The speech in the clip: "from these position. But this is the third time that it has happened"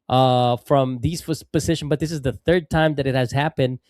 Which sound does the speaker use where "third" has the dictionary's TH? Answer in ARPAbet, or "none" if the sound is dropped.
TH